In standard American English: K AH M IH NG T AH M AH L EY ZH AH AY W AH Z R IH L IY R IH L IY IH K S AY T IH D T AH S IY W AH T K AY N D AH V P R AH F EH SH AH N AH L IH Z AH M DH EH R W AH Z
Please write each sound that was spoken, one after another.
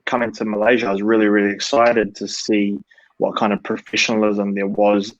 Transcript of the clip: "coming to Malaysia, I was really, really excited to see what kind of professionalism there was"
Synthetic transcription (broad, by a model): K AH M IH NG T AH M AH L EY ZH AH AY W AH Z R IH L IY R IH L IY IH K S AY T IH D T AH S IY W AH T K AY N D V P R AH F EH SH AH N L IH Z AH M DH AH R W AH Z